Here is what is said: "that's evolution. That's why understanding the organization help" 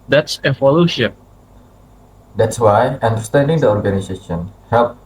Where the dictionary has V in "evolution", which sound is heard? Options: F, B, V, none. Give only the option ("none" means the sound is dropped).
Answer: F